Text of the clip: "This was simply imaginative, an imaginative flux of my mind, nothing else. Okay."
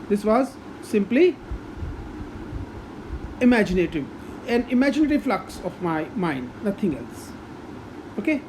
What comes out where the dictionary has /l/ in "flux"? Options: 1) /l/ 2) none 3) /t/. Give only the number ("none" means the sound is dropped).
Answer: 1